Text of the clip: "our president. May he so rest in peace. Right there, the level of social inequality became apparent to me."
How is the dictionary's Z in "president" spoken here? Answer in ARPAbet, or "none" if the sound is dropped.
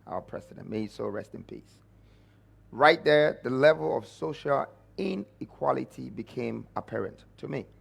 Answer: S